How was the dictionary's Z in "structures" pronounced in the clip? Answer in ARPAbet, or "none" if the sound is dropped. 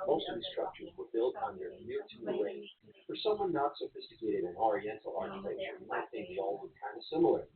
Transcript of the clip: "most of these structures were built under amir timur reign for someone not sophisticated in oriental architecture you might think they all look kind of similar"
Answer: Z